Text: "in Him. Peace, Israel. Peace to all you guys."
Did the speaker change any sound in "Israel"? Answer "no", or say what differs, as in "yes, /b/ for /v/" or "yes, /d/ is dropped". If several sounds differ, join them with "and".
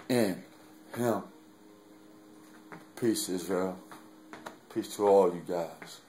yes, /ɹ/ is dropped